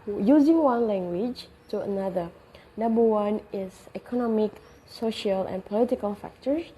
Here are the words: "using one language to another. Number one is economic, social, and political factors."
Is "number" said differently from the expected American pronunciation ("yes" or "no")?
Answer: yes